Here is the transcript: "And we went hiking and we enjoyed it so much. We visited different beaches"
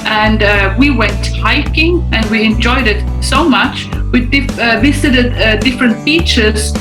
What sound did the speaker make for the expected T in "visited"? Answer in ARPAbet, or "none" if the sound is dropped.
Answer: S